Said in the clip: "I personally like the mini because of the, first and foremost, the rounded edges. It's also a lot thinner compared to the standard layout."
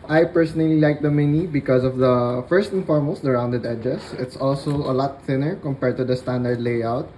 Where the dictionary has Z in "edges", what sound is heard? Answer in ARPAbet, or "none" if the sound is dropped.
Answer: S